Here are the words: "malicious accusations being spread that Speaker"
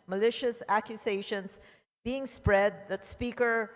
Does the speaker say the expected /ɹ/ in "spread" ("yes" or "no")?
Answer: yes